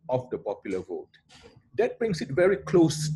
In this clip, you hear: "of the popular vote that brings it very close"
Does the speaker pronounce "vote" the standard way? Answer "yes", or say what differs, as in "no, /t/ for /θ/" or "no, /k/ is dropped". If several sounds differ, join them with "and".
yes